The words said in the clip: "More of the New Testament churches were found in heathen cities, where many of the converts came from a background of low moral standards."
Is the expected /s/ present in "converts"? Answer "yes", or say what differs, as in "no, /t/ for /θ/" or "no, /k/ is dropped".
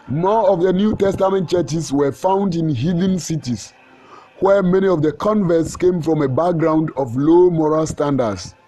yes